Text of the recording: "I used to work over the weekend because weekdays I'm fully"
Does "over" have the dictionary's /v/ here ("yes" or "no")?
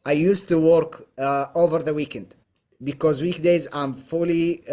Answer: yes